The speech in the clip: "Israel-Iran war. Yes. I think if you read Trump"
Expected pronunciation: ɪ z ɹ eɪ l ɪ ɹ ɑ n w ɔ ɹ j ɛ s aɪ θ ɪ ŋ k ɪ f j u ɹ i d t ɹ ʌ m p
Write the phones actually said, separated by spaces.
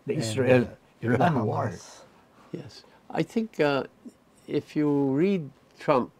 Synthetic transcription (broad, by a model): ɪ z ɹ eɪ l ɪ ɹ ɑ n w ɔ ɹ j ɛ s aɪ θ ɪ ŋ k ɪ f j u ɹ i d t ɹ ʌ m p